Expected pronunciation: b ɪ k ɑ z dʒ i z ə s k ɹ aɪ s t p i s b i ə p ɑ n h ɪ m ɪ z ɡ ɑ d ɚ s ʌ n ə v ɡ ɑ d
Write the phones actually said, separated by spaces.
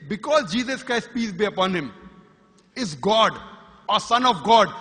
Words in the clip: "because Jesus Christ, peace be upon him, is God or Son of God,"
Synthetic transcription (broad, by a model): b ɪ k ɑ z dʒ i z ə s k ɹ aɪ s t p i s b i ə p ɑ n h ɪ m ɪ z ɡ ɑ d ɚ s ʌ n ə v ɡ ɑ d